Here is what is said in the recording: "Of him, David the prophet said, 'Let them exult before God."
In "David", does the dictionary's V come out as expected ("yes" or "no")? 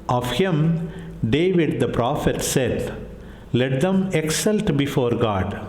yes